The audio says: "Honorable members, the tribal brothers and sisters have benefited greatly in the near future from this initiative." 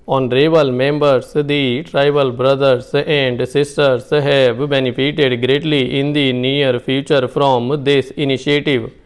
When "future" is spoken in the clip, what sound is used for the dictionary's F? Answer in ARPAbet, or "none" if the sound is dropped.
P